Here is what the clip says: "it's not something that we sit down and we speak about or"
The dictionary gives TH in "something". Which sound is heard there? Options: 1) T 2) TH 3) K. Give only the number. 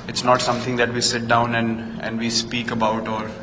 1